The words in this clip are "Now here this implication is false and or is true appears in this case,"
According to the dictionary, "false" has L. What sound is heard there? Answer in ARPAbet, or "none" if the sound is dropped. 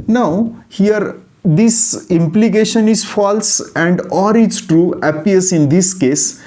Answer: L